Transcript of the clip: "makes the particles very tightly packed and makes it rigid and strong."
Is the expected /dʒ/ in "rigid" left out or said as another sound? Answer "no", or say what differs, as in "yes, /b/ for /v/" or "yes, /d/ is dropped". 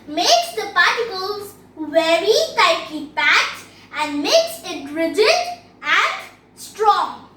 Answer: no